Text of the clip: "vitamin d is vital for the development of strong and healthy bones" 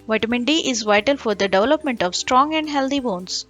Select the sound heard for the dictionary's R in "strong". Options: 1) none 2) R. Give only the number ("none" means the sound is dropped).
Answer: 2